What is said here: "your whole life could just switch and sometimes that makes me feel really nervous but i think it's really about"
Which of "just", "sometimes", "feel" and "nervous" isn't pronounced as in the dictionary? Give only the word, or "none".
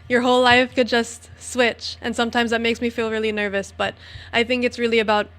none